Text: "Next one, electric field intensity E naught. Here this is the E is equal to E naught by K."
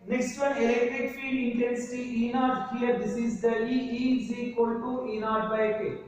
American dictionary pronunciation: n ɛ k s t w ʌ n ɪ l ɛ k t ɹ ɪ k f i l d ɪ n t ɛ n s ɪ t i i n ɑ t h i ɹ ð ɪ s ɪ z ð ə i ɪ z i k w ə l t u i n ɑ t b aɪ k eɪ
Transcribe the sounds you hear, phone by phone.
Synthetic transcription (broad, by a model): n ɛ k s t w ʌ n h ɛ t ɪ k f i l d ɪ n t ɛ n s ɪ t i i n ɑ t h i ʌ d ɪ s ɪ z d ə i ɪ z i k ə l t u i n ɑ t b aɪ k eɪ